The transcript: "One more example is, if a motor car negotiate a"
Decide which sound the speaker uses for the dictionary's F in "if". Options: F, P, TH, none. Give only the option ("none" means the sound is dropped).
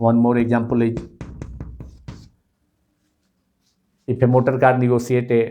P